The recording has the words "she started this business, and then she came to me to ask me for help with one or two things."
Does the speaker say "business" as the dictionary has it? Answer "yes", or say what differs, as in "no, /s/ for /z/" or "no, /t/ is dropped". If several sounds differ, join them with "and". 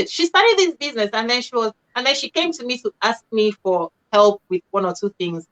yes